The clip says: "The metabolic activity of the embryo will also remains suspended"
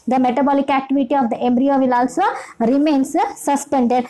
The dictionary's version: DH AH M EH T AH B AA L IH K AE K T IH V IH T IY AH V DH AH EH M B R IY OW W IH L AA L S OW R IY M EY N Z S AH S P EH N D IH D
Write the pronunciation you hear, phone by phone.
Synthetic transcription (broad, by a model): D AH M EH T AH B AA L IH K AE K T IH V IH T IY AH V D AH EH M B R IY OW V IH L AA L S OW R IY M EY N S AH S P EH N D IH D